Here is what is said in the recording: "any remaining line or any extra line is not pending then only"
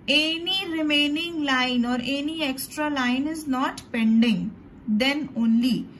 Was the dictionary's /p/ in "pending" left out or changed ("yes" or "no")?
no